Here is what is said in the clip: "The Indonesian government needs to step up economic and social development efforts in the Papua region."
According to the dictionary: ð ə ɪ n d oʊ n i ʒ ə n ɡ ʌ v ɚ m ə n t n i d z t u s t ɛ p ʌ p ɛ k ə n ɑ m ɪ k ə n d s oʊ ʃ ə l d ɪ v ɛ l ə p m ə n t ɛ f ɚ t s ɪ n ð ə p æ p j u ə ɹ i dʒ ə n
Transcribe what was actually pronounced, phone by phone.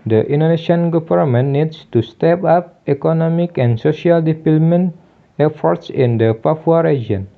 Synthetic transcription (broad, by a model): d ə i n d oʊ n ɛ ʃ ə n ɡ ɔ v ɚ m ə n n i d s t u s t ɛ p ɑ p ɛ k ə n ɑ m ɪ k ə n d s oʊ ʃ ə l d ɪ p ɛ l m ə n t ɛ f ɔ t s ɪ n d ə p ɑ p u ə ɹ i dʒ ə n